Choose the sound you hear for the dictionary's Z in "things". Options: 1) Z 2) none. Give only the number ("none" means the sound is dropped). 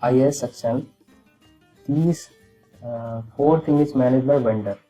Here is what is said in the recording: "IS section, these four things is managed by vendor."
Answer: 2